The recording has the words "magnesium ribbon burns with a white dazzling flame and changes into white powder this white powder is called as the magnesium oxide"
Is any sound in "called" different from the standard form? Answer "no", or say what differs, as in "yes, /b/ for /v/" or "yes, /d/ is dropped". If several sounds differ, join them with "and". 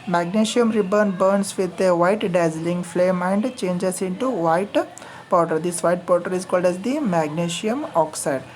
no